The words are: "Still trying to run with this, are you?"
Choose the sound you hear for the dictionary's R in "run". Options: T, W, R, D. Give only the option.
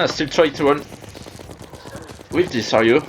W